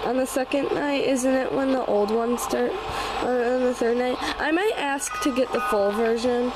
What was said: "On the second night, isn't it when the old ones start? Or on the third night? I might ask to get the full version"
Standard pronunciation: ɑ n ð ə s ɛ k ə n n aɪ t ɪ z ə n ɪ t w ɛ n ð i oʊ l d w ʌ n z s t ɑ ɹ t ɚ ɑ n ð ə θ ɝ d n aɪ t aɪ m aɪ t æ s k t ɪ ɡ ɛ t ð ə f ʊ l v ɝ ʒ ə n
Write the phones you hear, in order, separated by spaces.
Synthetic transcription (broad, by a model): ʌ n ð ə s ɛ k ə n n aɪ t ɪ z ə n ɪ t w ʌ n ð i oʊ l d w ʌ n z s t ɑ ɹ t ɚ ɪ n ð ə θ ɝ d n aɪ t aɪ m aɪ t æ s k t ɪ ɡ ɛ t ð ə f ʊ l v ɝ ʒ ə n